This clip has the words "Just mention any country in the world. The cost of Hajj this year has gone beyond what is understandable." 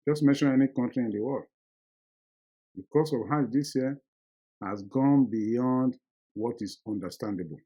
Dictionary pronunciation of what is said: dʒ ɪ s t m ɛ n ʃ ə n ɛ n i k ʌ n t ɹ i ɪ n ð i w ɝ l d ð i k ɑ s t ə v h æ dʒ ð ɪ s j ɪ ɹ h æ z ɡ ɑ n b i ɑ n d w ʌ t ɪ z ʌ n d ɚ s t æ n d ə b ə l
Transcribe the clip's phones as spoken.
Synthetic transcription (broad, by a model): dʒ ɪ s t m ɛ n ʃ ə n ɛ n i k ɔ n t ɹ i ɪ n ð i w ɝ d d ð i k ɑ s ə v h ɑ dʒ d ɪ s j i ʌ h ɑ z ɡ ɑ n b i ɑ n d w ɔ t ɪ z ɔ n d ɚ s t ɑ n d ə b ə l